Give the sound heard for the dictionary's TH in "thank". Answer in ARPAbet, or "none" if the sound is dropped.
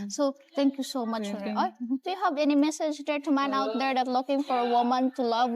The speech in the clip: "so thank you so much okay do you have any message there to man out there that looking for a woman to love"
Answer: T